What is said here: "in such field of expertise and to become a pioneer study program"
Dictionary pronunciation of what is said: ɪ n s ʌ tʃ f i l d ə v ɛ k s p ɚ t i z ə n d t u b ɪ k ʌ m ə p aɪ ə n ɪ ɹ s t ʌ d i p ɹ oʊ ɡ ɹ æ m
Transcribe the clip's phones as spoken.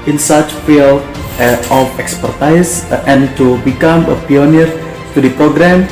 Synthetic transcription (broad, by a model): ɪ n s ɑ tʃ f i l ə f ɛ k s p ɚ t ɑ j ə n t u b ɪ k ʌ m ə p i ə n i ɹ t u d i p ɹ oʊ ɡ ɹ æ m